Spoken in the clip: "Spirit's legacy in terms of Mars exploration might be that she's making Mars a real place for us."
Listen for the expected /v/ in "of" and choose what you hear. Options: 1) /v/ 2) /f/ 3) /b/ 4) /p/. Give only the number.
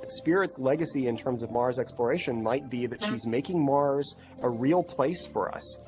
1